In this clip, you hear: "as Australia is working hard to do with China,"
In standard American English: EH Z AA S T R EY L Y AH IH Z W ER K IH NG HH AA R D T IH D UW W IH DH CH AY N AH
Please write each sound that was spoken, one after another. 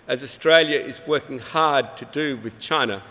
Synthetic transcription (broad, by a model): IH Z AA S T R EY L Y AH IH Z W ER K IH NG HH AA R D T IH D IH W IH DH CH AY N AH